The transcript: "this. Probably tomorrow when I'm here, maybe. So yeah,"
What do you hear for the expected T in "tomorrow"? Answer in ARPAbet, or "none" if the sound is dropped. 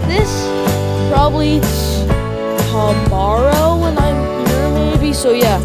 S